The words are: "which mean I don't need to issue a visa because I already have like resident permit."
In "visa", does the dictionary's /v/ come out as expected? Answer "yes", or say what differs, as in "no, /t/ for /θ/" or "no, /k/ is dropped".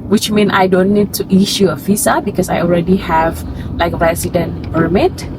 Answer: no, /f/ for /v/